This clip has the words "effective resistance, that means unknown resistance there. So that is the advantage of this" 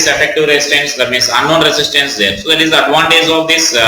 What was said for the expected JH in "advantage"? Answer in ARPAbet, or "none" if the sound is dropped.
Z